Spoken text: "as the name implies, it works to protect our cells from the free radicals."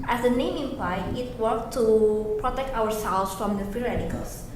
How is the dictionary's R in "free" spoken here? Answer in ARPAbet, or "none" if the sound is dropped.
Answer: none